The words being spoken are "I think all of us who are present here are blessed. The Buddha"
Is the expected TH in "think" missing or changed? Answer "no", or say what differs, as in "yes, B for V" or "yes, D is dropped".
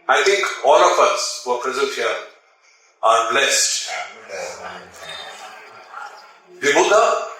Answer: yes, T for TH